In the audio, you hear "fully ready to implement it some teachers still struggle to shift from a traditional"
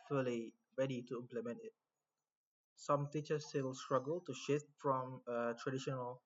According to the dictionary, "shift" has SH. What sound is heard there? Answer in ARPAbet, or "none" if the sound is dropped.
SH